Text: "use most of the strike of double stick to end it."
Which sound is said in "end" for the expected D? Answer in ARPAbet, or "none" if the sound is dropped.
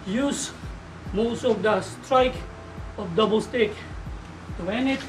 none